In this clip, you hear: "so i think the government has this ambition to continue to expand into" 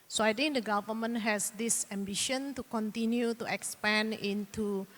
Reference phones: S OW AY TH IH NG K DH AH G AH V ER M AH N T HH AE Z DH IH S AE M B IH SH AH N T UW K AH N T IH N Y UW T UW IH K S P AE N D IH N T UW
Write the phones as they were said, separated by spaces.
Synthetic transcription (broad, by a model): S OW AY T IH NG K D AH G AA V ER M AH N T HH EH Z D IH S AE M B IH SH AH N T UW K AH N T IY N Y UW T UW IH K S P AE N IH N T UW